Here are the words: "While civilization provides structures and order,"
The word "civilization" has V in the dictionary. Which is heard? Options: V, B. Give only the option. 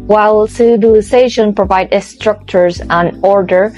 B